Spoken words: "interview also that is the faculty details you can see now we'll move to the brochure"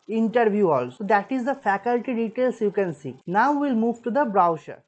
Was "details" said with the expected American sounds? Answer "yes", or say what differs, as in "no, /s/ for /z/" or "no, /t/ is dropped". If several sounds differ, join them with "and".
no, /s/ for /z/